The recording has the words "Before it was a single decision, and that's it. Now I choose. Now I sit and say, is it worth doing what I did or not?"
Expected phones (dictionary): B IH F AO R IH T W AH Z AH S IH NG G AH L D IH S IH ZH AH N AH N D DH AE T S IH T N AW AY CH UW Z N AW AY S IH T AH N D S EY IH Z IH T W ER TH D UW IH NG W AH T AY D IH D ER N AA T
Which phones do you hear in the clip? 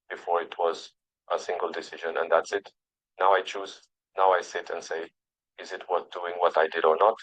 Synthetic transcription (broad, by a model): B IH F AO R IH T W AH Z AH S IH NG G AH L D IH S IH ZH AH N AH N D DH AE T S IH T N AW AY CH UW Z N AW AY S IH T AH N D S EY IH Z IH T W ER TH D UW IH NG W AH T AY D IH D ER N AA T